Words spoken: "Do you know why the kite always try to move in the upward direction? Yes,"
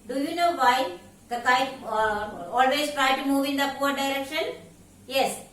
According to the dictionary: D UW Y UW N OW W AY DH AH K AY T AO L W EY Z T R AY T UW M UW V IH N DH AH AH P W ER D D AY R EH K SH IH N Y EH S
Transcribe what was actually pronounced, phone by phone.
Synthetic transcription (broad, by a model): D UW Y UW N OW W AY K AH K AY AO L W EY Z T R AY T UW M UW V IH N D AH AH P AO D D AY R EH K SH IH N Y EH S